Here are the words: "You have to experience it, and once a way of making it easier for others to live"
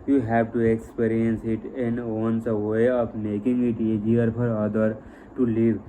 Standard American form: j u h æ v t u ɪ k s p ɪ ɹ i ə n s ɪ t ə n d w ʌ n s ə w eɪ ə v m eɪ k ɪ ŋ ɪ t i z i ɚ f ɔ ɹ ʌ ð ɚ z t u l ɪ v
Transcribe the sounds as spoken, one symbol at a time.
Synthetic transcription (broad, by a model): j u h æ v t u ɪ k s p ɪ ɹ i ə n s ɪ t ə n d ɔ n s ə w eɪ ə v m eɪ k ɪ ŋ ɪ t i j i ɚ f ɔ ɹ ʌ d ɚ t u l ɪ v